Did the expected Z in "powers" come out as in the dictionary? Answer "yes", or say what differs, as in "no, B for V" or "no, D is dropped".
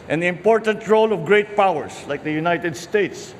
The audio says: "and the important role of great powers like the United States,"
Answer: no, S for Z